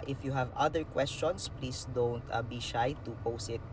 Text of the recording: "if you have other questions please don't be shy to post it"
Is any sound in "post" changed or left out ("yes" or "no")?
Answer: yes